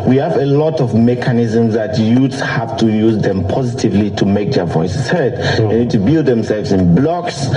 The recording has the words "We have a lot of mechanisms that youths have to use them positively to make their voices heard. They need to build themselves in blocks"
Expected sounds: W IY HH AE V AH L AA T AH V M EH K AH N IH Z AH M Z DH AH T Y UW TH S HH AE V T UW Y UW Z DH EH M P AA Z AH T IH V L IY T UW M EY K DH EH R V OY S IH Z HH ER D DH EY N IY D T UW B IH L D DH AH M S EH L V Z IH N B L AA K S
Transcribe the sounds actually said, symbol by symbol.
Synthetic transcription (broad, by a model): W IY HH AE V AH L AA T AH V M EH K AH N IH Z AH M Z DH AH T Y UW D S HH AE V T UW Y UW Z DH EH M P AA Z AH T IH V L IY T UW M EY K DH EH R V OY S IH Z HH ER D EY N IY D T UW B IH L D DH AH M S EH L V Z IH N B L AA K S